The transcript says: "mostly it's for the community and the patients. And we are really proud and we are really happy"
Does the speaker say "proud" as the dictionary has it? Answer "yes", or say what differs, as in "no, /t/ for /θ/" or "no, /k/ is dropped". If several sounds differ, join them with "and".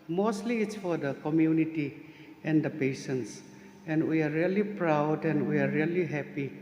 yes